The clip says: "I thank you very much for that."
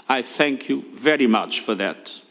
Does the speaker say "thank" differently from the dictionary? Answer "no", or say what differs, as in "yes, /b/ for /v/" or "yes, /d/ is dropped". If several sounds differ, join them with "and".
no